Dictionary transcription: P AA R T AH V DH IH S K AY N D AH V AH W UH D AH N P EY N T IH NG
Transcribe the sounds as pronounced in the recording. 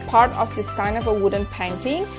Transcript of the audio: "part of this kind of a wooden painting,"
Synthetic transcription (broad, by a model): P AA R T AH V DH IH S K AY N AH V AH W UH D AH N P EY N T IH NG